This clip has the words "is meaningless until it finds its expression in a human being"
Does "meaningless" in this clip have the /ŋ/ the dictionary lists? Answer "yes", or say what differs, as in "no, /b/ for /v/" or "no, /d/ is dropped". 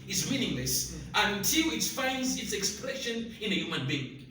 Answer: yes